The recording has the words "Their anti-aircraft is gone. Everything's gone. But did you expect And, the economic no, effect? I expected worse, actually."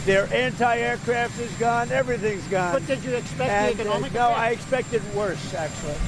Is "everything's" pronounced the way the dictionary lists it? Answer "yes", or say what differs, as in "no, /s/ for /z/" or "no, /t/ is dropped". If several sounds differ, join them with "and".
yes